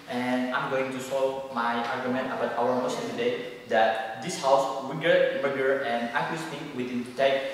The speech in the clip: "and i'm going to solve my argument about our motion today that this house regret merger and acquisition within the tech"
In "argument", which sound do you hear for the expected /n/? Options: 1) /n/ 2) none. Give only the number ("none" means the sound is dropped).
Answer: 1